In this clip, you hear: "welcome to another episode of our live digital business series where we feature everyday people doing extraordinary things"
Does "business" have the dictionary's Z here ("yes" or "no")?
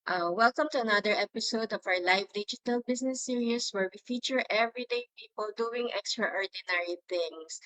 no